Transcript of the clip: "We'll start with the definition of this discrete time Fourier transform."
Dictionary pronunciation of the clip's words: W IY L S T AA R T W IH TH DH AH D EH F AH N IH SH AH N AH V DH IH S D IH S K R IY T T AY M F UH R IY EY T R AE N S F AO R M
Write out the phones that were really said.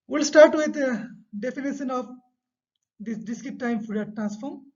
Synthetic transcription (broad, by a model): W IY L S T AA R T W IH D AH D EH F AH N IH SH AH N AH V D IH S D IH S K IY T T AY M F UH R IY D T R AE N S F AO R M